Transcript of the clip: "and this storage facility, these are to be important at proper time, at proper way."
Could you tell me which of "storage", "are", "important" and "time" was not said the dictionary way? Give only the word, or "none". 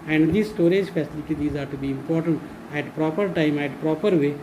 none